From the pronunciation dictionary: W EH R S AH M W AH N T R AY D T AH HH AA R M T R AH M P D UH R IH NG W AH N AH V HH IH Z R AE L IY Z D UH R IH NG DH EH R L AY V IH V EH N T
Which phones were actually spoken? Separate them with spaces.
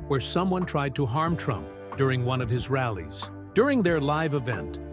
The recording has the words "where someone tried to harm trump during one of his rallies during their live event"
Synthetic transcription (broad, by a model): W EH R S AH M W AH N T R AY D T AH HH AA R M T R AH M P D UH R IH NG W AH N AH V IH Z R AE L IY Z D UH R IH NG DH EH R L AY V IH V EH N T